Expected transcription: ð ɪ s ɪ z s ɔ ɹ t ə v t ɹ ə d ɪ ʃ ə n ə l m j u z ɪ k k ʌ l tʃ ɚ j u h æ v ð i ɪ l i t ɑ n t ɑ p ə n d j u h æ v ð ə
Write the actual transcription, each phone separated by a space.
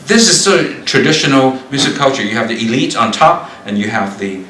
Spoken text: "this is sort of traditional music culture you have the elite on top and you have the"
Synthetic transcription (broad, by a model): ð ɪ s ɪ z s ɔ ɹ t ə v t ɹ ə d ɪ ʃ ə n l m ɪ s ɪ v k ʌ l tʃ ɚ j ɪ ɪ v ð i ɪ l i t n t ɑ p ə n j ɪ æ v ð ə